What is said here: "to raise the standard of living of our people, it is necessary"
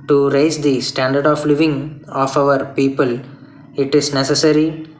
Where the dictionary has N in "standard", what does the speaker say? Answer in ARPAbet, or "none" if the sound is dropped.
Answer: N